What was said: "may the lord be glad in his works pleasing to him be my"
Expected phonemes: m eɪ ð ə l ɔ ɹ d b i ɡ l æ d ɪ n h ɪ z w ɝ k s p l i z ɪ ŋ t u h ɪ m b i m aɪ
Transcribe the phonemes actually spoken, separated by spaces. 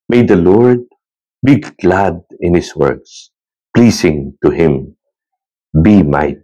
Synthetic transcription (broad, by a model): m eɪ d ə l ɔ ɹ d b i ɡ l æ d ɪ n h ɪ s w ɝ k s p l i s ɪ ŋ t u h ɪ m b i m aɪ